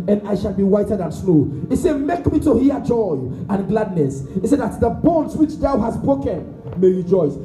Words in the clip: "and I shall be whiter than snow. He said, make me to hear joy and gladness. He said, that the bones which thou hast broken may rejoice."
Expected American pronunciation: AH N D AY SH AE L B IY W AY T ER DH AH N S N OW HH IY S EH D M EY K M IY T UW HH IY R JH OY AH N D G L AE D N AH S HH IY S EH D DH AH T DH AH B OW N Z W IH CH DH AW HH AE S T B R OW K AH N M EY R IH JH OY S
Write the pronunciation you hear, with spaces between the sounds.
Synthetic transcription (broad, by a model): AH N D AY SH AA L B IY W AY T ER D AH N S L OW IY S EH D M EY K M IY T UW HH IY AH JH OY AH N G L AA D N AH S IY S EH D DH AH T DH AH B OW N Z W IH CH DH AW HH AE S B R OW K AH N M EY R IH JH OY S